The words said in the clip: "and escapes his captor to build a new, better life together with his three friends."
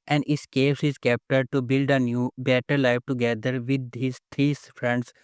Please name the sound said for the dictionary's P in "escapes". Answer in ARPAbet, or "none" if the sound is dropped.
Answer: none